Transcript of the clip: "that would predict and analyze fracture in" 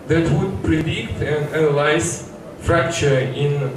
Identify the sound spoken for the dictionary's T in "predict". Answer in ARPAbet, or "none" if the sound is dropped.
T